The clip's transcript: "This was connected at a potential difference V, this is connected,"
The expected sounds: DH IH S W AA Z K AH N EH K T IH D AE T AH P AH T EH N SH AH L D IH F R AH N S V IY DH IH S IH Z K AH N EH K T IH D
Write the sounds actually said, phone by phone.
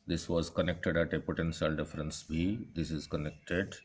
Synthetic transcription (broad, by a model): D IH S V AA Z K AH N EH K T IH D AE T AH P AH T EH N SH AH L D IH F R AH N S B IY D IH S IH Z K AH N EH K T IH D